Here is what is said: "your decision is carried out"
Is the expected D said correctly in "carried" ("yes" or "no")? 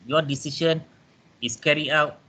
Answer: no